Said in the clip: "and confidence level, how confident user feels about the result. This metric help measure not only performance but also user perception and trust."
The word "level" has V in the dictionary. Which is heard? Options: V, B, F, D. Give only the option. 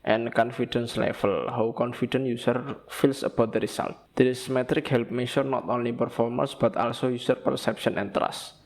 F